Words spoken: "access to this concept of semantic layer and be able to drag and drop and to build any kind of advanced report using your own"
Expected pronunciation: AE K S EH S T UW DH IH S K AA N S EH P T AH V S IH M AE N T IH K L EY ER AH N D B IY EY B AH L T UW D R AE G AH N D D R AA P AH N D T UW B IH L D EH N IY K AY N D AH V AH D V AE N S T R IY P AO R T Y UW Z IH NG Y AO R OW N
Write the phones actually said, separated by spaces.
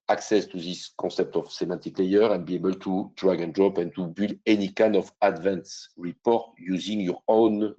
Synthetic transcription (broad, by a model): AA K S EH S T UW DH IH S K AA S EH P T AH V S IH M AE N T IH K L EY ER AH N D B IY EY B AH L T UW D R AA G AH N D D R AA P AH N T UW B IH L EH N IY K AY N D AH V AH D V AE N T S R IY P AO R T Y UW Z IH NG Y AO R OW N